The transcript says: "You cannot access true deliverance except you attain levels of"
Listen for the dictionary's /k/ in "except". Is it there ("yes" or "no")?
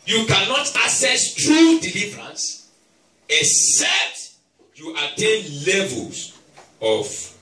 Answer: no